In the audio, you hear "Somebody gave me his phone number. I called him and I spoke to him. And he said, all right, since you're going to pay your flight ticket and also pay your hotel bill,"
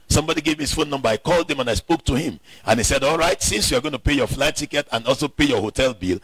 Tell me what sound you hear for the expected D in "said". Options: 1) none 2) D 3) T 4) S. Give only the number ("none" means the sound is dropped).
2